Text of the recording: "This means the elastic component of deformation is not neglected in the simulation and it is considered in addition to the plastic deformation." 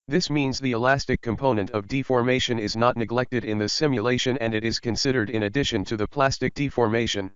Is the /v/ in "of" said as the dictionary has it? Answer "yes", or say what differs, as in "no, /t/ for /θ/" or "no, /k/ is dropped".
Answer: yes